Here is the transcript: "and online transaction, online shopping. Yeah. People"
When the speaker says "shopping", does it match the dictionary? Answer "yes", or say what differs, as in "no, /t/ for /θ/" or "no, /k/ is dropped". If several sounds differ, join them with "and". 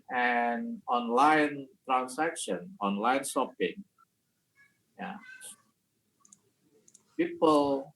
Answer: no, /s/ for /ʃ/